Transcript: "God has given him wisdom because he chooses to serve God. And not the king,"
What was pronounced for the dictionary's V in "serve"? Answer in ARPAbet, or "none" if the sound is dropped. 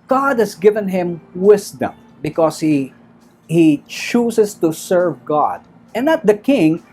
V